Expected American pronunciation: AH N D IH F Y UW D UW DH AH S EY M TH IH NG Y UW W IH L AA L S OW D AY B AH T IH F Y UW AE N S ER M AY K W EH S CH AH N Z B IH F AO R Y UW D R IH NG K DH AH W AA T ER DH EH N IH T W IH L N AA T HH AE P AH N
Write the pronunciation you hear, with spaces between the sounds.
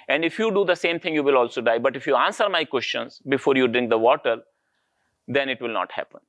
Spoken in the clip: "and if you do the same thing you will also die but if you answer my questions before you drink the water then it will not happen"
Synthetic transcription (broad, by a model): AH N D IH F Y UW D UW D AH S EY M T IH NG Y UW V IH L AA L S OW D AY B AH T IH F Y UW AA N S ER M AY K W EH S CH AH N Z B IH F AO R Y UW D R IH NG K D AH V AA T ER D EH N IH T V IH L N AA T HH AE P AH N